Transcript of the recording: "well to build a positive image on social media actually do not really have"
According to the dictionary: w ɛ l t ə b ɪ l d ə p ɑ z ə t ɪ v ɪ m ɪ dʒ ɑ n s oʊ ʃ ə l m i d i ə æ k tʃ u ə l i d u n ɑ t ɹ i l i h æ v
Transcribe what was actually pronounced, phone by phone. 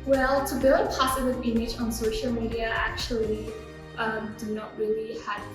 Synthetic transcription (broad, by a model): w ɛ l t ə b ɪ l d ə p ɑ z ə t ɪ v ɪ m ɪ dʒ ɑ n s oʊ ʃ ə l m i d i ə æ k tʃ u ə l i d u n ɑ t ɹ i l i h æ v